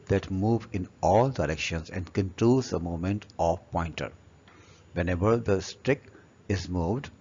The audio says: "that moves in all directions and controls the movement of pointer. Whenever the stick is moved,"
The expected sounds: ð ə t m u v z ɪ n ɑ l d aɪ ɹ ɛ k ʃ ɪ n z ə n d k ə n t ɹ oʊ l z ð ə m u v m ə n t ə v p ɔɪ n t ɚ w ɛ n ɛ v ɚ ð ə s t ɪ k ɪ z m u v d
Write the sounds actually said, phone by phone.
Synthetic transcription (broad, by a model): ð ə t m u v ɪ n ɑ l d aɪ ɹ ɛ k ʃ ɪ n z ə n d k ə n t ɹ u z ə m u m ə n t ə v p ɔɪ n t ɚ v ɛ n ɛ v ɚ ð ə s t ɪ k ɪ z m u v d